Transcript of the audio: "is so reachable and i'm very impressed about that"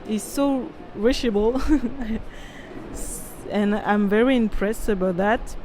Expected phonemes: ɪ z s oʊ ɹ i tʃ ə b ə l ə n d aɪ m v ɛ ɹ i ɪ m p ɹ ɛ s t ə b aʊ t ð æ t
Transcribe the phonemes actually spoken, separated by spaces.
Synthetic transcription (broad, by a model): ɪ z s oʊ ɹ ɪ ʃ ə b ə l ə n aɪ m v ɛ ɹ i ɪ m p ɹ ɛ s t ə b aʊ t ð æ t